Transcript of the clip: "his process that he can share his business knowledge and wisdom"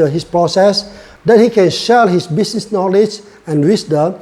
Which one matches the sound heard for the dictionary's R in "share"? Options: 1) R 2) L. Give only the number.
2